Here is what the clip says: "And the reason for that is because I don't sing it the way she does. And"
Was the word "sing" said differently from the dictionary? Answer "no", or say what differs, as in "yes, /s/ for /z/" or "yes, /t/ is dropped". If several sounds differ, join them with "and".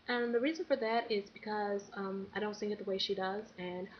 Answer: yes, /θ/ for /s/